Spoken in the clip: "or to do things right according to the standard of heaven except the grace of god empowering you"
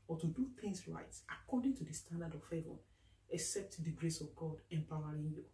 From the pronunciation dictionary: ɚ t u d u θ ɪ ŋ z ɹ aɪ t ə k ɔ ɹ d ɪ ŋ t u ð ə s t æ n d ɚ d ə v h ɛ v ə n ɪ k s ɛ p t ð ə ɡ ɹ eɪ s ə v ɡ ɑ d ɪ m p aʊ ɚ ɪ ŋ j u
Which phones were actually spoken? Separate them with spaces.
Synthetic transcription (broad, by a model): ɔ t u d u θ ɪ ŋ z ɹ aɪ t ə k ɔ d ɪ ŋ t u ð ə s t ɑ n d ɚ d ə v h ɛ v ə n ɪ k s ɛ p t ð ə ɡ ɹ eɪ s ə v ɡ ɑ d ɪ m p aʊ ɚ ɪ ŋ j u